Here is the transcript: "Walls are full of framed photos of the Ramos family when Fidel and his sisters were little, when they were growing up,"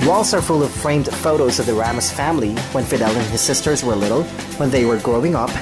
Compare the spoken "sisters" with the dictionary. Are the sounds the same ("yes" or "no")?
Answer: yes